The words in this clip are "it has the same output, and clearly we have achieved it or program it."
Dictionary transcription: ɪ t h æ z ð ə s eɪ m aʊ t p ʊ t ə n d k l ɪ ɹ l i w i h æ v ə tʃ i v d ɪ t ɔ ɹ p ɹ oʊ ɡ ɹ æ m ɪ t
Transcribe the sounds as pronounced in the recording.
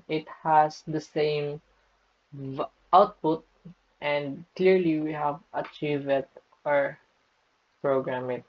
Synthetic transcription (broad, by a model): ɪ t h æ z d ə s eɪ m aʊ t p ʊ t ə n d k l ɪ ɹ l i w i h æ v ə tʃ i v ɪ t ɔ ɹ p ɹ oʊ ɡ ɹ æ m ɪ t